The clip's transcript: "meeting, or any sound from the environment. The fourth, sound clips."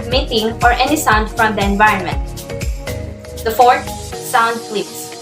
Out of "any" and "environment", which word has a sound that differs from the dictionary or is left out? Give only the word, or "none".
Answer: none